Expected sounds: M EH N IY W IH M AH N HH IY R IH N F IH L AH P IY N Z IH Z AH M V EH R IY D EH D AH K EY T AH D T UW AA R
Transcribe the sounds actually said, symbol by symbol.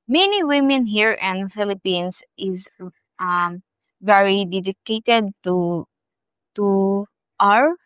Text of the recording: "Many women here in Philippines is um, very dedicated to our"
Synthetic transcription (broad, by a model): M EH N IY W IH M AH N HH IY R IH N F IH L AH P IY N S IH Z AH M V EH R IY D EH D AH K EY T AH D T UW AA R